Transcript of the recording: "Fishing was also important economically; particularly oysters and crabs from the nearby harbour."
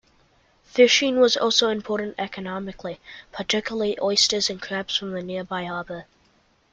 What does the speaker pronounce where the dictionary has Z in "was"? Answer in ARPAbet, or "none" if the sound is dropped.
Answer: Z